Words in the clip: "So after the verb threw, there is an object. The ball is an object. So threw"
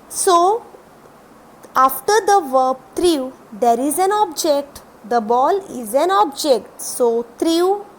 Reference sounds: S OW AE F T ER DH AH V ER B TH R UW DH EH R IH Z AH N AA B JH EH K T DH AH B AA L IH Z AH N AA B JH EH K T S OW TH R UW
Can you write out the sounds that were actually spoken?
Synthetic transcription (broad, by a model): S OW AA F T ER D AH V ER B T R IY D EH R IH Z AH N AA B JH EH K T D AH B AA L IH Z AH N AA B JH EH K T S OW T R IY